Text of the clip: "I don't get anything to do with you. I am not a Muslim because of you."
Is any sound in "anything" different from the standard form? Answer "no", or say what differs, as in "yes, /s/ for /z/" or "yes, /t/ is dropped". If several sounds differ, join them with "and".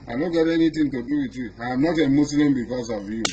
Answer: yes, /t/ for /θ/